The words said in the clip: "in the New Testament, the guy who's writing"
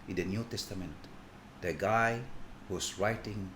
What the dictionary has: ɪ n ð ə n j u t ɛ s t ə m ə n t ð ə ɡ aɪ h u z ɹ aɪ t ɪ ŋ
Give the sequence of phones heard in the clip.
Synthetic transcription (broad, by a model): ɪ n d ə n j u t ɛ s t ə m ə n t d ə ɡ aɪ h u s ɹ aɪ t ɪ ŋ